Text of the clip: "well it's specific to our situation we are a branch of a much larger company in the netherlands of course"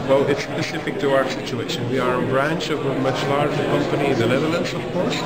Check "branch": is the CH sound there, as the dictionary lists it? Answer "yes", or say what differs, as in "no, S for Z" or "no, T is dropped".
yes